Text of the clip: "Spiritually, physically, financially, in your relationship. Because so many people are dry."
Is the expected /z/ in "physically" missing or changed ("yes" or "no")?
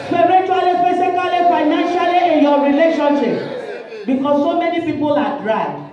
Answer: yes